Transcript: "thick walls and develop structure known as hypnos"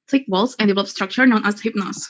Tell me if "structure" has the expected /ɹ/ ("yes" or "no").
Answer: yes